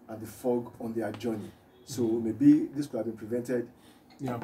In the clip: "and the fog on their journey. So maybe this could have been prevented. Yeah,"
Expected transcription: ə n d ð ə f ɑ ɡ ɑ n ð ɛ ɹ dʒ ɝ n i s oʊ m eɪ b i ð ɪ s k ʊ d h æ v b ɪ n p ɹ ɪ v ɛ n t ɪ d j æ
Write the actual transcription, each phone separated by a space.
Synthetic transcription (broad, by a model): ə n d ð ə f ɑ ɡ ɑ n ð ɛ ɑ dʒ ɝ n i s oʊ m eɪ b i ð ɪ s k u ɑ b ɪ n p ɹ ɪ v ɛ n t ɪ d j